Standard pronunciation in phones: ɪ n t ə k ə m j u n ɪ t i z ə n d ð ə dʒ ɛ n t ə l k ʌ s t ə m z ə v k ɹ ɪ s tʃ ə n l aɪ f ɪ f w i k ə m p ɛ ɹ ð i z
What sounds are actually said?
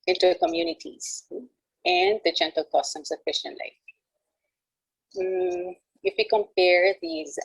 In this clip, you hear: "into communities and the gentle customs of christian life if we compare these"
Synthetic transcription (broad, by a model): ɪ n t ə k ə m j u n ɪ t i z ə n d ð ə dʒ ɛ n t ə l k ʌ s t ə m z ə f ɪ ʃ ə n l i ɪ f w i k ə m p ɛ ɹ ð i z